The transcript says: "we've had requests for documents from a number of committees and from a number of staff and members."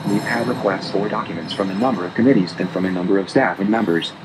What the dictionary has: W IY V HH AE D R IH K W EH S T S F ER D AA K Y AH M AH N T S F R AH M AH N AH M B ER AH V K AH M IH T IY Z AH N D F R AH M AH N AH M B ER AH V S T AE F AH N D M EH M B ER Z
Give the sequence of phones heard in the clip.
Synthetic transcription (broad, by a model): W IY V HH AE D R IH K W EH S T S F ER D AA K Y AH M AH N T S F R AH M AH N AH M B ER AH V K AH M IH T IY Z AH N F R AH M AH N AH M B ER AH V S T AE F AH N M EH M B ER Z